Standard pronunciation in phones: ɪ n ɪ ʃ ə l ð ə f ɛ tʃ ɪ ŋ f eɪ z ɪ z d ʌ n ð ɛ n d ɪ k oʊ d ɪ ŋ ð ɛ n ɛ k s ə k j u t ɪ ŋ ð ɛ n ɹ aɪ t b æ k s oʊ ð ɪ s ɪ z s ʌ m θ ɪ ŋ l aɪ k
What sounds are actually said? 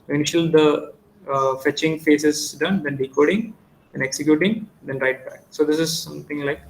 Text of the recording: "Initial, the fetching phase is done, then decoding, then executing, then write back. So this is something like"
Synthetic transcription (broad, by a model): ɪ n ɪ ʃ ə l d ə f ɛ tʃ ɪ ŋ f eɪ s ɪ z d ʌ n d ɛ n d ɪ k oʊ d ɪ ŋ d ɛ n ɛ k s ə k j u t ɪ ŋ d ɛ n ɹ aɪ t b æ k s oʊ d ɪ s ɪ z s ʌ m t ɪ ŋ l aɪ k